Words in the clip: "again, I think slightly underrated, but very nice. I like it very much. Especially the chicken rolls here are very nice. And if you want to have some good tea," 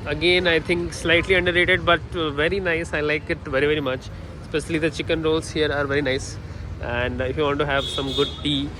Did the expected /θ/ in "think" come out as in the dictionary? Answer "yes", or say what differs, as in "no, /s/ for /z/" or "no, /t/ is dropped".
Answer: no, /t/ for /θ/